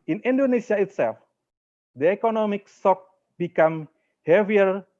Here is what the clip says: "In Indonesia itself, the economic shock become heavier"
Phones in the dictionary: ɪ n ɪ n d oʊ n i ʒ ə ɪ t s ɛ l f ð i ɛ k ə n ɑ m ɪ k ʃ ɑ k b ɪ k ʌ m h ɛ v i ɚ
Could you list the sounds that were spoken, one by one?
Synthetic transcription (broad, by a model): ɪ n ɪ n d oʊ n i s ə ɪ t s ɛ l f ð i ɛ k ə n ɑ m ɪ k s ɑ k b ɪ k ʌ m h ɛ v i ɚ